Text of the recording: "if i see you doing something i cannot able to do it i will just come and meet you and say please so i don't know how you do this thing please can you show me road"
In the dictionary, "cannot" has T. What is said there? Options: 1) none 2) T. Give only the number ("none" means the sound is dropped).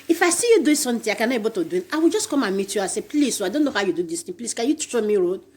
1